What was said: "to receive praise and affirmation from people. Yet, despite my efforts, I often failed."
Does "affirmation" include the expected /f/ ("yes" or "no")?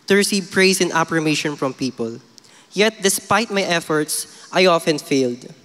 no